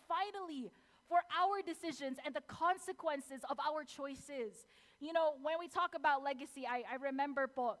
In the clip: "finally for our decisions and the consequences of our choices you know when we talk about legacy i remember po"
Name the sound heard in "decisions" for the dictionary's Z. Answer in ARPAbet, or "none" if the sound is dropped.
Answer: Z